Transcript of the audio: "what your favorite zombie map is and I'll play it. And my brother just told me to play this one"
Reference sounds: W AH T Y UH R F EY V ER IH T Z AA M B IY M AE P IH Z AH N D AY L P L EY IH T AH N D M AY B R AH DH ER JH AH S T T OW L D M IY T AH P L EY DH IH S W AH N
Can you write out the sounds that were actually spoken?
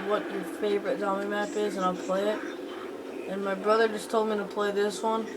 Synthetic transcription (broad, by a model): W AH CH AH R F EY V ER IH T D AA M IY M AE P IH Z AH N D AY L P L EY IH T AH N M AY B R AH DH ER JH AH S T T OW L D M IY T AH P L EY DH IH S W AH N